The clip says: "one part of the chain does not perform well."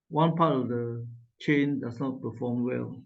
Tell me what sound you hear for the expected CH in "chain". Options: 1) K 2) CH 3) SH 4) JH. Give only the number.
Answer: 2